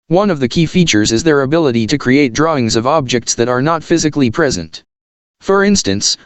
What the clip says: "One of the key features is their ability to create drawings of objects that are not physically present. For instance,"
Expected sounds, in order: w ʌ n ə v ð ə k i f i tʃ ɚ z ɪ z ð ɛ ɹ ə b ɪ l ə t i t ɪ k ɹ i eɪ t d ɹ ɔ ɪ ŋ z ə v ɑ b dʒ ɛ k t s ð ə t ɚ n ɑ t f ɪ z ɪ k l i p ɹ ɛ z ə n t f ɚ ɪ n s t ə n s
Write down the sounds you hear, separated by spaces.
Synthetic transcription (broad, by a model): w ʌ n ə v ð ə k i f i tʃ ɚ z ɪ z ð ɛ ɹ ə b ɪ l ə t i t ɪ k ɹ i eɪ t d ɹ ɔ ɪ ŋ z ə v ɑ b dʒ ɛ k t s ð ə t ɚ n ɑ t f ɪ z ɪ k l i p ɹ ɛ z ə n t f ɚ ɪ n s t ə n s